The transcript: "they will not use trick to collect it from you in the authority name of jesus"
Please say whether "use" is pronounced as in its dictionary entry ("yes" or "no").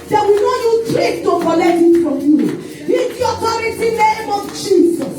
no